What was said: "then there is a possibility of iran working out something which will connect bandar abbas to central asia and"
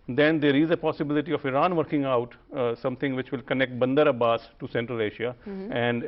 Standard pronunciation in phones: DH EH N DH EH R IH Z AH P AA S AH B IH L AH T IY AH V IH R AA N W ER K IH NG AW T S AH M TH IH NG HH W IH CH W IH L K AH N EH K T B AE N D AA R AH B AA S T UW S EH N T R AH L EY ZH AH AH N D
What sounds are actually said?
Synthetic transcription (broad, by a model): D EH N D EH R IH Z AH P AA S AH B IH L AH T IY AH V IH R AA N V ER K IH NG AW T S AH M T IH NG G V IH CH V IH L K AH N EH K T B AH N D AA R AH B AA S T UW S EH N T R AH L EY SH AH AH N D